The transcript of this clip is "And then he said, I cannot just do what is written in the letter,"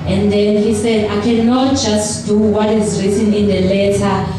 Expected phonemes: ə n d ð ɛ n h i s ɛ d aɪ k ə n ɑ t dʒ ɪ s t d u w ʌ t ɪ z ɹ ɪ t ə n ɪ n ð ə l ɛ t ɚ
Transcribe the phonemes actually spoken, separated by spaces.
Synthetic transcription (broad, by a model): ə n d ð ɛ n h i s ɛ d aɪ k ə n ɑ t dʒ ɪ s t d u w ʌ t ɪ z ɹ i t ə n ɪ n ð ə l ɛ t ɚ